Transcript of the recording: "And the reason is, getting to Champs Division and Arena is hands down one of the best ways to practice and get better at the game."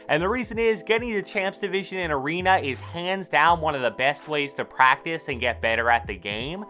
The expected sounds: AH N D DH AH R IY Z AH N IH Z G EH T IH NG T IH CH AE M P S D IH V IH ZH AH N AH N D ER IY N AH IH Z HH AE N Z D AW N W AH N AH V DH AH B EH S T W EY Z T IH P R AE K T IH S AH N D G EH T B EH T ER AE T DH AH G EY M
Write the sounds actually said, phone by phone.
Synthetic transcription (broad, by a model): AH N DH AH R IY Z AH N IH Z G EH T IH NG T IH CH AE M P S D IH V IH ZH AH N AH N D ER IY N AH IH Z HH AE N Z D AW N W AH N AH V DH AH B EH S T W EY Z T IH P R AE K T IH S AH N G EH T B EH T ER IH T DH AH G EY M